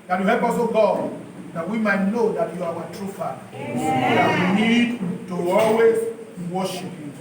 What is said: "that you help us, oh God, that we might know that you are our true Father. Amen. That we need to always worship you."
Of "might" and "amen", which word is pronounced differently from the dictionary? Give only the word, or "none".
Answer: amen